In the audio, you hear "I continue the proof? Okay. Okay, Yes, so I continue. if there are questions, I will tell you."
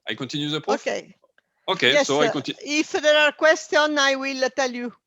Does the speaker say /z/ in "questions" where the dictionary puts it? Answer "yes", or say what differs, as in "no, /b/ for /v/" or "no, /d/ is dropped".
no, /z/ is dropped